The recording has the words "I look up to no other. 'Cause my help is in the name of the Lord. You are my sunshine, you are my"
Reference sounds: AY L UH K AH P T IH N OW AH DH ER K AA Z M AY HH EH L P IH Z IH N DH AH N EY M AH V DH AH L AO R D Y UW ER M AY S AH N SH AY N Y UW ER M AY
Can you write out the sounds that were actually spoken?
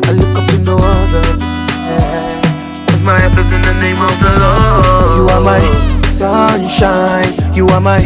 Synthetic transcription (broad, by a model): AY L UH K AH P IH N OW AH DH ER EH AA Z M AY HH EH P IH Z IH N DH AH N EY M AH V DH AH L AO Y UW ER M AY S AH N SH AY N Y UW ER M AY